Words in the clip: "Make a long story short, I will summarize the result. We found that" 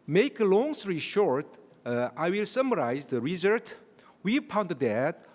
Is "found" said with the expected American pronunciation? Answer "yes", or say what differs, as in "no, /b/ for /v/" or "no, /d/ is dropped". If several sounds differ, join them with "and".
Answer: no, /p/ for /f/